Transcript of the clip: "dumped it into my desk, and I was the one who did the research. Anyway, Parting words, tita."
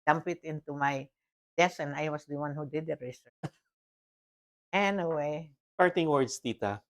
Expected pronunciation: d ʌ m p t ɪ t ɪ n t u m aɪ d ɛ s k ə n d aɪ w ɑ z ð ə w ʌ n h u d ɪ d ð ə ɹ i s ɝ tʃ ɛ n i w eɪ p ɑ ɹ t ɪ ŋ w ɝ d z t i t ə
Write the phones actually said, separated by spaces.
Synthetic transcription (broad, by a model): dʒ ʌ m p ɪ t ɪ n t u m aɪ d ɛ s ə n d aɪ w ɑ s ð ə w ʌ n h u d ɪ d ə ɹ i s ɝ ɛ n i w eɪ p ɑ ɹ t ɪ ŋ w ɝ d s t i t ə